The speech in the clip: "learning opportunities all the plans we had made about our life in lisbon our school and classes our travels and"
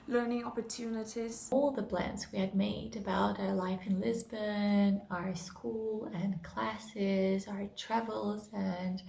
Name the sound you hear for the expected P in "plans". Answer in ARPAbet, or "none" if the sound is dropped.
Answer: B